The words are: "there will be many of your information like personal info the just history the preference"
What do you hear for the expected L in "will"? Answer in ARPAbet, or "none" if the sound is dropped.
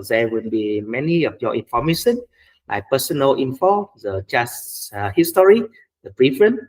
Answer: N